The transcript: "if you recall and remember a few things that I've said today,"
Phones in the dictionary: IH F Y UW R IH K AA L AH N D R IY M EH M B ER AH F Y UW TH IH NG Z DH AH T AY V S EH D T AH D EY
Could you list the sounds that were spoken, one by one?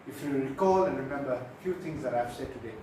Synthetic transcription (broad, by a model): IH F Y UW R IH K AA L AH N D R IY M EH M B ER AH F Y UW T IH NG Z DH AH T AY V S EH D T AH D EY